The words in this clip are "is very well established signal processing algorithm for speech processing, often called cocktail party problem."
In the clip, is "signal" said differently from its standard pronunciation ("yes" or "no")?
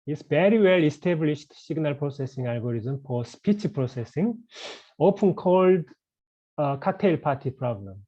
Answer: yes